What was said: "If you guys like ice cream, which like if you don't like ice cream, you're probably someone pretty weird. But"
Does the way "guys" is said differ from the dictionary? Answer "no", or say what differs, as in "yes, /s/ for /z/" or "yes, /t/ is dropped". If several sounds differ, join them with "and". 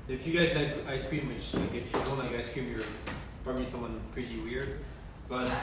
no